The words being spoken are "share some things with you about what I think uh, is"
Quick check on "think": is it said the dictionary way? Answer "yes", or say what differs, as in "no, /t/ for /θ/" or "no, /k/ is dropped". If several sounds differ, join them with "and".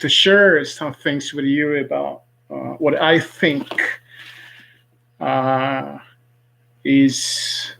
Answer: yes